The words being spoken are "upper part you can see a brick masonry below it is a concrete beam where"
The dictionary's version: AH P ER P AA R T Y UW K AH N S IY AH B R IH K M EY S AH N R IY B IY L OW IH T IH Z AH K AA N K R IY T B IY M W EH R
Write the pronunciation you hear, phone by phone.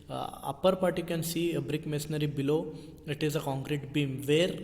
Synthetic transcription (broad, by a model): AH P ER P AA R T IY K AH N S IY AH B R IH K M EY S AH R IY B IY L OW IH T IH Z AH K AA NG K R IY T B IY M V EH R